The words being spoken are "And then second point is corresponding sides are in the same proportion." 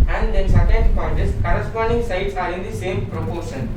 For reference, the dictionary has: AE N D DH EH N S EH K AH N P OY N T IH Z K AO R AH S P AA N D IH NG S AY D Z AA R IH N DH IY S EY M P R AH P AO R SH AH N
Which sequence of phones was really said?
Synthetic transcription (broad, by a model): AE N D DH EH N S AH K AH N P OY T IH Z K AO R AH S P AA N D IH NG S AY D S AA R IH N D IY S EY M P R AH P AO R SH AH N